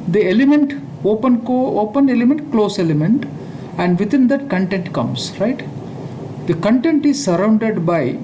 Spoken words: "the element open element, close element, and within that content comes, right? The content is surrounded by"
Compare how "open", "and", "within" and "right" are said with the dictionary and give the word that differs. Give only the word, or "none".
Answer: within